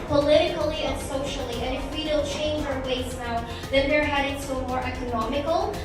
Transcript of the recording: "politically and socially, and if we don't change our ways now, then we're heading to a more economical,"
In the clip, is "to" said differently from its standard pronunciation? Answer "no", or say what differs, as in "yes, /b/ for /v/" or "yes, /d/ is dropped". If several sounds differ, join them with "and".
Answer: yes, /s/ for /t/